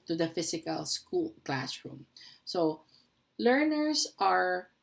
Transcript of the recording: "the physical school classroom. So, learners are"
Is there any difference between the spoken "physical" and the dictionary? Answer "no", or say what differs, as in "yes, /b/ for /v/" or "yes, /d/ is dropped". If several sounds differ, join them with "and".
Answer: yes, /s/ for /z/